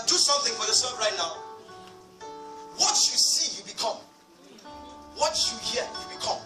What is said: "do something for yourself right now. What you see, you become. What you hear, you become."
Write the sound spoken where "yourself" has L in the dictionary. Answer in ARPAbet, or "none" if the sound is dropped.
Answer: none